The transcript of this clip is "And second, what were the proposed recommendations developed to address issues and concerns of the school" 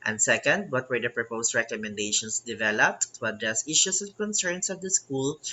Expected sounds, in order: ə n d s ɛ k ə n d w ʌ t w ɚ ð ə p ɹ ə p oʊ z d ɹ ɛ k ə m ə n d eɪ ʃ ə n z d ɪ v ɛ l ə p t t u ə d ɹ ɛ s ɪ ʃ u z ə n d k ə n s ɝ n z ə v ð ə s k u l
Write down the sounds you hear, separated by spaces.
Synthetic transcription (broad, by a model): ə n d s ɛ k ə n d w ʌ t w ɚ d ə p ɹ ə p oʊ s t ɹ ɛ k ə m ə n d eɪ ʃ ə n s d ɪ v ɛ l ə p t t u ə d ɹ ɛ s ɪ ʃ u s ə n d k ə n s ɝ n s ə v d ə s k u l